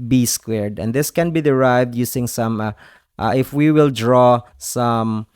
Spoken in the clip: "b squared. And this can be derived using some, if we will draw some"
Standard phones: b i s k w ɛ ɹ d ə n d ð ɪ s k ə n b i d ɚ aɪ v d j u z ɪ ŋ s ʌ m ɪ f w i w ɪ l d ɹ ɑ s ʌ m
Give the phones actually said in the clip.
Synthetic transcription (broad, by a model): b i s k w ɛ ɹ d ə n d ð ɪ s k ə n b i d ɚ aɪ v d j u s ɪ ŋ s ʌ m ɪ f w i w ɪ l d ɹ ɑ s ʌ m